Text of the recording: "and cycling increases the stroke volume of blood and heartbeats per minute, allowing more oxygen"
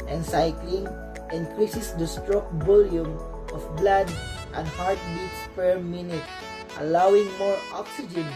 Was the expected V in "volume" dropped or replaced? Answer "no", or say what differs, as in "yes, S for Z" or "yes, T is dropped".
yes, B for V